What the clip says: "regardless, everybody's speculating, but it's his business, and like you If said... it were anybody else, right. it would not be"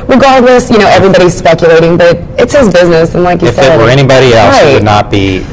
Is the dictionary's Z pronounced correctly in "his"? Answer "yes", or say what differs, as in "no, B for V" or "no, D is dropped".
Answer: yes